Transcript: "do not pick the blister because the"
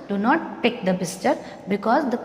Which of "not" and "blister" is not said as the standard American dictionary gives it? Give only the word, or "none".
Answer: blister